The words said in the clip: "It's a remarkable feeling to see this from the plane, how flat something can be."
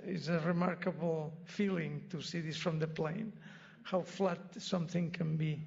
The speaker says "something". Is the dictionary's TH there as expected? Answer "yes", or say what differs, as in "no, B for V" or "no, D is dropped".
yes